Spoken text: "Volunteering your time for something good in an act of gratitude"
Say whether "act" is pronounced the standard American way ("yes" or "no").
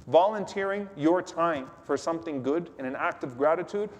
yes